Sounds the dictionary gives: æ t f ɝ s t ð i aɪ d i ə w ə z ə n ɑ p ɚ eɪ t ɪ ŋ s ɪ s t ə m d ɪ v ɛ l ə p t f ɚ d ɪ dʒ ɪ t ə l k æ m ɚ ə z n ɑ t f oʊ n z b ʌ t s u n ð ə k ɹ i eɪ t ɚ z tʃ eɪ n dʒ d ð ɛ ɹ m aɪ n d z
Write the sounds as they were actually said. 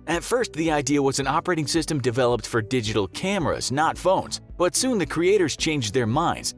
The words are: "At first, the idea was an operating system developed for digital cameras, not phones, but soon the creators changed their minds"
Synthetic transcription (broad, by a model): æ t f ɝ s t ð i aɪ d i ə w ə z ə n ɑ p ɚ eɪ t ɪ ŋ s ɪ s t ə m d ɪ v ɛ l ə p t f ɚ d ɪ dʒ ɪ t l k æ m ɚ ə z n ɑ t f oʊ n z b ʌ t s u n ð ə k ɹ i eɪ t ɚ z tʃ eɪ n dʒ ð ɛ ɹ m aɪ n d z